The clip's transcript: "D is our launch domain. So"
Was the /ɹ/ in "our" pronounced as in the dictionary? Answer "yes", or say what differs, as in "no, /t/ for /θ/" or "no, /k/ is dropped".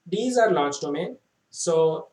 yes